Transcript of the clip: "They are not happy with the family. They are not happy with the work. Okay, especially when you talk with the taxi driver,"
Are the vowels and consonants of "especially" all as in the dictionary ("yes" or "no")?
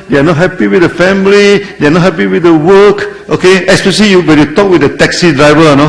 no